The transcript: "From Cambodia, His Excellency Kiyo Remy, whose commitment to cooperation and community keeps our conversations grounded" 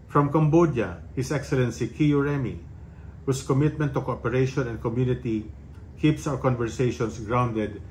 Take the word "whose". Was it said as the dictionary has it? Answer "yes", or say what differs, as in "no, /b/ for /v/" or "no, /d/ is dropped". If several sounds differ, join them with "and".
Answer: no, /s/ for /z/